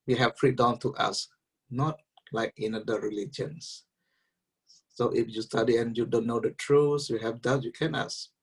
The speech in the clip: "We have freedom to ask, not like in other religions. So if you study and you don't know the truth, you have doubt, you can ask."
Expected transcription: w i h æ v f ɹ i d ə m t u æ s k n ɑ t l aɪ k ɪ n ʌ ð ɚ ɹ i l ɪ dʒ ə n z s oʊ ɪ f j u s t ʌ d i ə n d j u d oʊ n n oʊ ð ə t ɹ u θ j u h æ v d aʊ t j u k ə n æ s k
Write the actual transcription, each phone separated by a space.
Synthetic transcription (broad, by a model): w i h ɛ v f ɹ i d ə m t u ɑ s n ɑ t l aɪ k ɪ n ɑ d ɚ ɹ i l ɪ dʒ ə n s oʊ ɪ f j u s t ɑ d i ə n j u d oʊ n n oʊ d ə t ɹ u s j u h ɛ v d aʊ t j u k ə n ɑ s